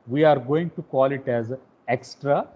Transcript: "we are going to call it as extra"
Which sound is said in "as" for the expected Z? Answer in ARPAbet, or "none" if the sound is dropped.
Z